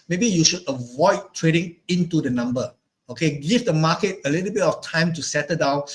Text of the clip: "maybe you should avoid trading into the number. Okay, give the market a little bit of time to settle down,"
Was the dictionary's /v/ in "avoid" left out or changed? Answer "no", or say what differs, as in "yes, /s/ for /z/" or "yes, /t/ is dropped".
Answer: no